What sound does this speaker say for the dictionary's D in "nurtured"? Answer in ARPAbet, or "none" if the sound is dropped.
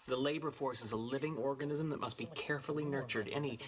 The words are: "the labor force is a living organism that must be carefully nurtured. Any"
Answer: D